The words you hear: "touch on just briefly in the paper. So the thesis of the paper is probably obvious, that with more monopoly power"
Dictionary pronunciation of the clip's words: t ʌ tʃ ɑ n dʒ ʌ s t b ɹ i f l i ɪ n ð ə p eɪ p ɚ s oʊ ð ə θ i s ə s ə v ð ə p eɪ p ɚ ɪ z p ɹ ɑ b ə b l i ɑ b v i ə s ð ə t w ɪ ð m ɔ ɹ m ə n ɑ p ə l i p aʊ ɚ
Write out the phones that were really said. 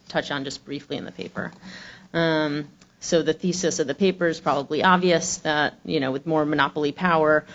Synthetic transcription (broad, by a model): t ʌ tʃ n dʒ ʌ s b ɹ i f l i ɪ n ð ə p eɪ p ɚ s oʊ ð ə θ i s ə s ə v ð ə p eɪ p ɚ ɪ z p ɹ ɑ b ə b l i ɑ b v i ə s ð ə t w ɪ ð m ɔ ɹ m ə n ɑ p l i p aʊ ɚ